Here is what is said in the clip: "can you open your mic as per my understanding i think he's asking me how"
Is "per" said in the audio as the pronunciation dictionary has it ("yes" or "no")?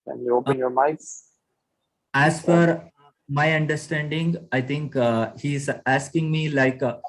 no